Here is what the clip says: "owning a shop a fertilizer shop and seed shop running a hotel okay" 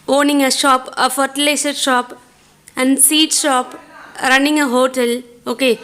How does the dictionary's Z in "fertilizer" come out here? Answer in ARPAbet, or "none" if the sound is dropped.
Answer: S